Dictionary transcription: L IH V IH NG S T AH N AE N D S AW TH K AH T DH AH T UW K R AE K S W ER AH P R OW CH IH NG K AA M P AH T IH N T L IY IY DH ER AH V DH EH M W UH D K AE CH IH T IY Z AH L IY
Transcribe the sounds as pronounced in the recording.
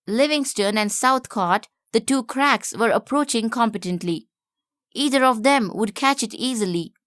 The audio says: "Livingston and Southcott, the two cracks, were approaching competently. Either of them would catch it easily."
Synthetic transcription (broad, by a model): L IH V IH NG S T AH N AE N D S AW T K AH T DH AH T UW K R AE K S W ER AH P R OW CH IH NG K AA M P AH T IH N T L IY IY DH ER AH V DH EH M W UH D K AE CH IH T IY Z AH L IY